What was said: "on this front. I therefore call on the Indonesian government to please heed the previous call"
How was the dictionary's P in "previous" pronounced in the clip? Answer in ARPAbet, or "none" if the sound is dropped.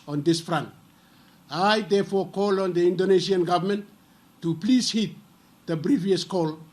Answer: B